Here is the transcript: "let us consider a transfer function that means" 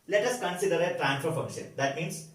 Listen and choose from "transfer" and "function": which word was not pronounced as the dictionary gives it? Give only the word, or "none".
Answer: transfer